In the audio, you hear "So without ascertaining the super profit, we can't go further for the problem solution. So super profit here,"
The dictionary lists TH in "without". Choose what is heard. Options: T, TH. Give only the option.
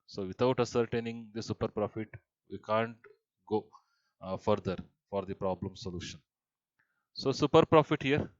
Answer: T